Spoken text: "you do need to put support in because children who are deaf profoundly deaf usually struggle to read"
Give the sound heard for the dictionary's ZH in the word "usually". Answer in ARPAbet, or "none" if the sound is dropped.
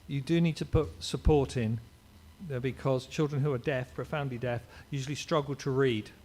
ZH